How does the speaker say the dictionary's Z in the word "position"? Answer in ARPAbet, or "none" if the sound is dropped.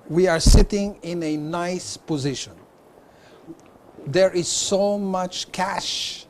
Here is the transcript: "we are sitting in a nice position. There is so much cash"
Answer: Z